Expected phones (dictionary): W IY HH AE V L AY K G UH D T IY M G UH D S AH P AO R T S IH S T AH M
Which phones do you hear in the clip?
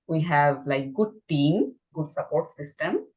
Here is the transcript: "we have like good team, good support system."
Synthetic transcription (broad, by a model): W IY HH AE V L AY K G UH D T IY M G UH D S AH P AO R T S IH S T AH M